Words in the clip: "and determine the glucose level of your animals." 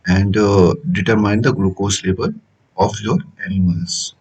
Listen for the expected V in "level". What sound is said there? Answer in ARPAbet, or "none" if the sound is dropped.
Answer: B